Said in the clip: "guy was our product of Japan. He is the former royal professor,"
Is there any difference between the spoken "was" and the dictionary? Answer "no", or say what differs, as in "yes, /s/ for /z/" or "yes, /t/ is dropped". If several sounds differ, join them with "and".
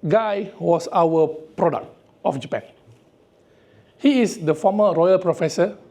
yes, /s/ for /z/